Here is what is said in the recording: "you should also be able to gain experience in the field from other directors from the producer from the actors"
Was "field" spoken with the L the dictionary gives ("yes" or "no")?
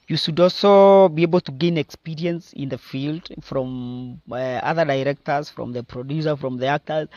yes